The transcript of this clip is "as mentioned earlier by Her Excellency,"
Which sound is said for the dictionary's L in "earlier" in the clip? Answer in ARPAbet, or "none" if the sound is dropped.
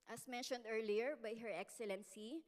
L